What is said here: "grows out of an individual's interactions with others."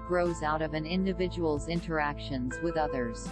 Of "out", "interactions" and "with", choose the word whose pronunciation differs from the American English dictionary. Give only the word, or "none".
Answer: none